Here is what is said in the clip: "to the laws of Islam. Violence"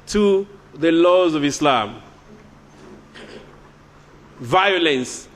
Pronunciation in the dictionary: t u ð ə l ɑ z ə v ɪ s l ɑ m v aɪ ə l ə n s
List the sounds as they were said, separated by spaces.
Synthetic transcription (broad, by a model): t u ð ə l ɑ z ə v ɪ s l ɑ m v aɪ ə l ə n s